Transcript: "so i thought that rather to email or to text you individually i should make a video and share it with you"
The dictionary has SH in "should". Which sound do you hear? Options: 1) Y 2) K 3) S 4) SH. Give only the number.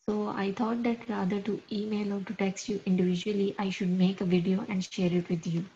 4